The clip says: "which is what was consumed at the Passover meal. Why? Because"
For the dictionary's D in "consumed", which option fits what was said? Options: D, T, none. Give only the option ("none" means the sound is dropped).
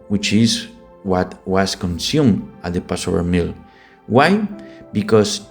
none